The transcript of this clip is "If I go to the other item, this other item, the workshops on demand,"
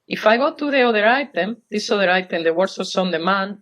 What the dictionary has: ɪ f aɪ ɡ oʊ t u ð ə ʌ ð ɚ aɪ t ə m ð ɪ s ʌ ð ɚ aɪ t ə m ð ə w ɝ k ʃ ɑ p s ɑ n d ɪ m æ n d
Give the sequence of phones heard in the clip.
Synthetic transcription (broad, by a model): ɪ f aɪ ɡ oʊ t u ð ə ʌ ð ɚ aɪ t ə m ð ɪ s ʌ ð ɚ aɪ t ə m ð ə w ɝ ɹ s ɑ s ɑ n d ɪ m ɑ n